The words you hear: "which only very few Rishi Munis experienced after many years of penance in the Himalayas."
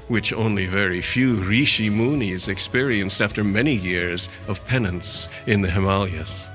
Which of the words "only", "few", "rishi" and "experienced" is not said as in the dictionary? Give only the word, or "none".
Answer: none